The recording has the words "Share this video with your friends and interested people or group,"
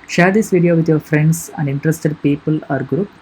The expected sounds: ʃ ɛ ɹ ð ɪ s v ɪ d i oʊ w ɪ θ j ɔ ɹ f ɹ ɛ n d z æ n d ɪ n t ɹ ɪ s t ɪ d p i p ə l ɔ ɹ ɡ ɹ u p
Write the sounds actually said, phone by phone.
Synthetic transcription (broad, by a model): ʃ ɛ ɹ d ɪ s v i d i oʊ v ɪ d j ɔ ɹ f ɹ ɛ n d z æ n d ɪ n t ɹ ɪ s t ɪ d p i p ə l ɔ ɹ ɡ ɹ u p